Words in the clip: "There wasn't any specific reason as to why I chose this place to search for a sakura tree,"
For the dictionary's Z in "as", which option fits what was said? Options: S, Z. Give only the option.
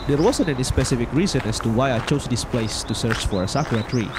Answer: S